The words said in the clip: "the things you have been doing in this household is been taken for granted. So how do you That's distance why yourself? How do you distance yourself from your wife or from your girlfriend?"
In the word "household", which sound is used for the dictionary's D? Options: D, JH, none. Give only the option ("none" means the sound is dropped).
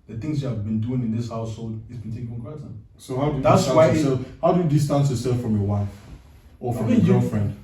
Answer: D